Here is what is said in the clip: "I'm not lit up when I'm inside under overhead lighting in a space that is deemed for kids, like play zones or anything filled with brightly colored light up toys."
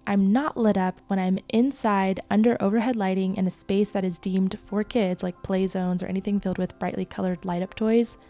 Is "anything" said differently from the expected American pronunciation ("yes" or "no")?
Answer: no